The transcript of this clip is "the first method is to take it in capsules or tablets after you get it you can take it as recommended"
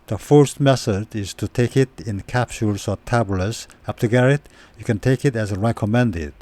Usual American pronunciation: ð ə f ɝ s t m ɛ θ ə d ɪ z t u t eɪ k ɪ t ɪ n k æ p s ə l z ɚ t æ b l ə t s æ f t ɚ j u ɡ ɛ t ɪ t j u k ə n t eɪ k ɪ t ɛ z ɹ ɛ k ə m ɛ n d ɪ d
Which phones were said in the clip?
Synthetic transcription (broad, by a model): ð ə f ɝ s t m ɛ s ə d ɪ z t u t eɪ k ɪ t ɪ n k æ p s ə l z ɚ t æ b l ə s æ p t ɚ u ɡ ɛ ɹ ɪ t j u k ə n t eɪ k ɪ t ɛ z ɹ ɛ k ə m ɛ n d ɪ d